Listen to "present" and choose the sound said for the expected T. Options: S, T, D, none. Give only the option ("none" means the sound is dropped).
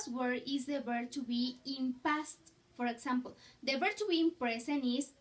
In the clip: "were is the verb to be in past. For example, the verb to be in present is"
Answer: none